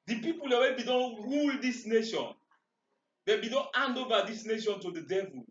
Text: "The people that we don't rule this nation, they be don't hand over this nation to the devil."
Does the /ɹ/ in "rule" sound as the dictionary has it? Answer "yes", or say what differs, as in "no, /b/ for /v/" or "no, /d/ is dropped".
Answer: yes